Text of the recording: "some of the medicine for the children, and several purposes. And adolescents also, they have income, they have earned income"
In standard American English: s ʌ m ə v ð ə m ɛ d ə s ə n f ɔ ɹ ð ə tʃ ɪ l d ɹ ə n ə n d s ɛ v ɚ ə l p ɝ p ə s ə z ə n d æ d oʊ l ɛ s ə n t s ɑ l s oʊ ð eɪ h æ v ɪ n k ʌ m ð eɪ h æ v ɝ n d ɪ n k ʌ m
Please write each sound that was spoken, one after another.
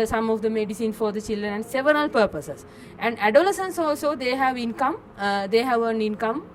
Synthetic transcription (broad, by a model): s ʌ m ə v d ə m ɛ d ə s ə n f ɔ ɹ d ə tʃ ɪ l d ɹ ə n ə n d s ɛ v ɚ ə l p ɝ p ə s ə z ə n d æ d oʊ l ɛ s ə n s ɑ l s oʊ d eɪ h æ v ɪ n k ʌ m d eɪ h æ v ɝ n ɪ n k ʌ m